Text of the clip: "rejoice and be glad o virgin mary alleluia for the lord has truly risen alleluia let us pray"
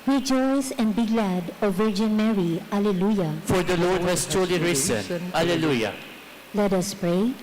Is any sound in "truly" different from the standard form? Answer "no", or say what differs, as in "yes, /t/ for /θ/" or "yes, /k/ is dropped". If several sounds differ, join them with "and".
yes, /ɹ/ is dropped